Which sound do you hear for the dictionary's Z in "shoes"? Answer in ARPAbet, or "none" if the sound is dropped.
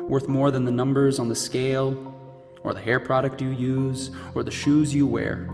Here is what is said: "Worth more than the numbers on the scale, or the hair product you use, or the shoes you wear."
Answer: Z